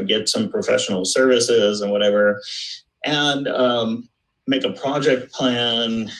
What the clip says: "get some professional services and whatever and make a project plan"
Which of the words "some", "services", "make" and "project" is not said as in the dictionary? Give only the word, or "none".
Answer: none